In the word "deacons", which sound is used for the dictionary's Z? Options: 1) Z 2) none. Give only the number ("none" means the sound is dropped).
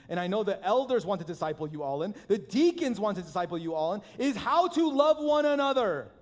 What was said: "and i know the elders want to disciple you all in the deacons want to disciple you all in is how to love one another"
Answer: 1